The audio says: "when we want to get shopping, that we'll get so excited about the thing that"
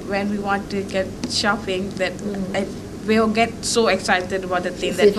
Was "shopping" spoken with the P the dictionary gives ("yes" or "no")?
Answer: no